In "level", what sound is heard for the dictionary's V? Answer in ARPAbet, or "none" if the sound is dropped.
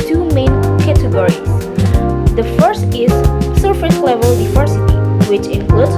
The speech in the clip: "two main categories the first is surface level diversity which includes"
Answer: V